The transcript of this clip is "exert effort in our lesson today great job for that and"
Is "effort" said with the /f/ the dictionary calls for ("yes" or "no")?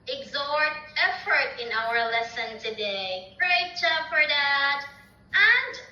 yes